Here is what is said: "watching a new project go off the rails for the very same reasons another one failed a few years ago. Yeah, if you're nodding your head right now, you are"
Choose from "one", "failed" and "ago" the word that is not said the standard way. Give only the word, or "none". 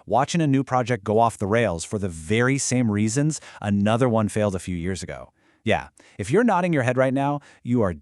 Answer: none